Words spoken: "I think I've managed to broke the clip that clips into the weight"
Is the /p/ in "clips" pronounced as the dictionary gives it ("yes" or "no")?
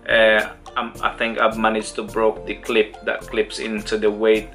yes